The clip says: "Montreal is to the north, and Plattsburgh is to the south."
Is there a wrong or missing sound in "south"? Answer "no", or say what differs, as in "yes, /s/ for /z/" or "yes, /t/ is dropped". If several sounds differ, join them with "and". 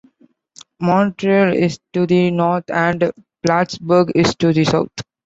yes, /t/ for /θ/